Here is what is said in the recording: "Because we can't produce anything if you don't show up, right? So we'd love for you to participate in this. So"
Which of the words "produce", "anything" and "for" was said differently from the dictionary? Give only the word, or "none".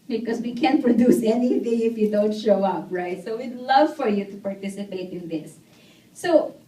none